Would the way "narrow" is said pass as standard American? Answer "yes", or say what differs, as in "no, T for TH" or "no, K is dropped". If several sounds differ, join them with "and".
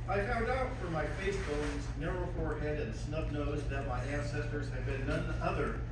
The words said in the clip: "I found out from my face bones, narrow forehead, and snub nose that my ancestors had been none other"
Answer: yes